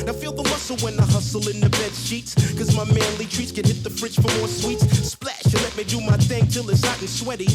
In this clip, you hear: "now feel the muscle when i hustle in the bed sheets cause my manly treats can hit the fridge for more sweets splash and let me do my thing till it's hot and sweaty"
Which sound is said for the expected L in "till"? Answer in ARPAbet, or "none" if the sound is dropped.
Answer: L